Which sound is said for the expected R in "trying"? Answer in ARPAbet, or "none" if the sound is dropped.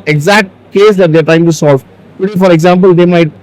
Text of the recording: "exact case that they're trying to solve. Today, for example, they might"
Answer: none